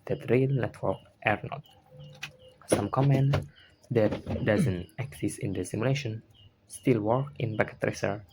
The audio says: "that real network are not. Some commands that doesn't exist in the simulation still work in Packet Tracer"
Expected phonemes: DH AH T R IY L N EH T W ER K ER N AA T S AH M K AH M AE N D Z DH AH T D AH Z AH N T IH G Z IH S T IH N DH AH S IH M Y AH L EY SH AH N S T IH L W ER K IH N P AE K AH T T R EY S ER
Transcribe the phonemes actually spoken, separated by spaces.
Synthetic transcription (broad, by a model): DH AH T R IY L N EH T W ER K ER N AA T S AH M K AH M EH N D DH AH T D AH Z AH N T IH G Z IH S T IH N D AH S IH M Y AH L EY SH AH N S T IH L W ER K IH N B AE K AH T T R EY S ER